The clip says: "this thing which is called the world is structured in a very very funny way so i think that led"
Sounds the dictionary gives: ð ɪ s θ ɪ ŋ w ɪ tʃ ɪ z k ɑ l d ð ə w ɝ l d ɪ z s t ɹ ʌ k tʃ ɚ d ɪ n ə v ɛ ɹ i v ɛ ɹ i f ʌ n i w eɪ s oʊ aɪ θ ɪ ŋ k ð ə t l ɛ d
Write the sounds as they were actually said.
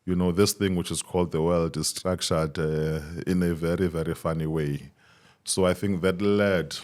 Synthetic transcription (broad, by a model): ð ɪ s θ ɪ ŋ w ɪ tʃ ɪ z k ɑ l d ð ə w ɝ l d ɪ z s t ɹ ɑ k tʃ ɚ d ɪ n ə v ɛ ɹ i v ɛ ɹ i f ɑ n i w eɪ s oʊ aɪ θ ɪ ŋ k ð ə t l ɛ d